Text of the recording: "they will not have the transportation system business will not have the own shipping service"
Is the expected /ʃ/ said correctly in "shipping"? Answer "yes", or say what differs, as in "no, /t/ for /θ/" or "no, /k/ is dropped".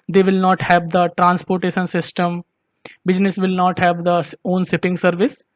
no, /s/ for /ʃ/